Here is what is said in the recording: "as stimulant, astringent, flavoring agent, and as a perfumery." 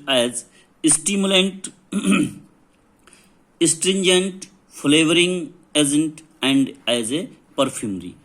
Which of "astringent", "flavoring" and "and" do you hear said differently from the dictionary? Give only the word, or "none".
none